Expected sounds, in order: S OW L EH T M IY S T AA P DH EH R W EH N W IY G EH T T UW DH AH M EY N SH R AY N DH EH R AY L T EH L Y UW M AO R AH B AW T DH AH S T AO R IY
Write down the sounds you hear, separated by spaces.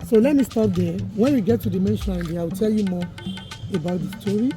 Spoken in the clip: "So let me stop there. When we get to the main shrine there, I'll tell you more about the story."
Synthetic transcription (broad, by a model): S OW L EH T M IY S T AA P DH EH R W EH N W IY G EH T T UW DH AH M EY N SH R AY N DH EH AY W T EH L Y UW M AO AH B AW T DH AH S T AO R IY